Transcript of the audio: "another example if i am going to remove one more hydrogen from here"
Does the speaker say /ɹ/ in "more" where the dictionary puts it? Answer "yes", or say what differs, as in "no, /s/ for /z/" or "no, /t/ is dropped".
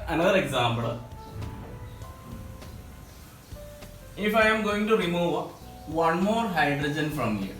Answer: yes